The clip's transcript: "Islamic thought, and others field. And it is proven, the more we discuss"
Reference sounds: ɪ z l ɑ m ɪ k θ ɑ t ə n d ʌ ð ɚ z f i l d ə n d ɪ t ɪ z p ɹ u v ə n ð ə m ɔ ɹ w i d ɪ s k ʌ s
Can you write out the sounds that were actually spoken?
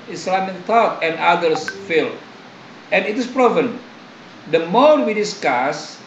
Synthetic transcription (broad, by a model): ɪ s l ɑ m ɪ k t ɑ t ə n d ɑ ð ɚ s f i l ə n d ɪ t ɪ s p ɹ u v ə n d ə m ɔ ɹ w i d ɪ s k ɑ s